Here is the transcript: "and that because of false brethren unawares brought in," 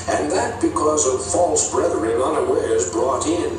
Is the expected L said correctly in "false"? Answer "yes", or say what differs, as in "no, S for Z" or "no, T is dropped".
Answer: yes